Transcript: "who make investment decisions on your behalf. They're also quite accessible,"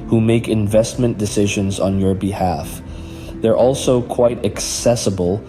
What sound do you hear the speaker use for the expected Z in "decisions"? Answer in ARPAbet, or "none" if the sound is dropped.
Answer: Z